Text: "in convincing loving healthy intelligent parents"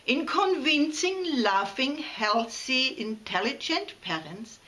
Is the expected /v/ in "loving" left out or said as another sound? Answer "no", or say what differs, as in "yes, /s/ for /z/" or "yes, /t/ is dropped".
yes, /f/ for /v/